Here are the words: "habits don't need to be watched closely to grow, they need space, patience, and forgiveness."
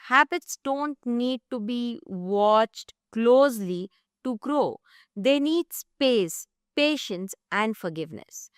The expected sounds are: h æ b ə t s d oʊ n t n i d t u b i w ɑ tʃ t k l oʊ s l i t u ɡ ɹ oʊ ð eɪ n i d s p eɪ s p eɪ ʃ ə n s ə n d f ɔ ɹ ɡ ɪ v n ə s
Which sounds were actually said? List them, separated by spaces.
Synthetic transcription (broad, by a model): h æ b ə t s d oʊ n t n i d t u b i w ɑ tʃ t k l oʊ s l i t u ɡ ɹ oʊ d eɪ n i d s p eɪ s p eɪ ʃ ə n s ə n d f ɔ ɹ ɡ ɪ v n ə s